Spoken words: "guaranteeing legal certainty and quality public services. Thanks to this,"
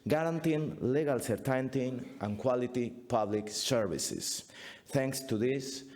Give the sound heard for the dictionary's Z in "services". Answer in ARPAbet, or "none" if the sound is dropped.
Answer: S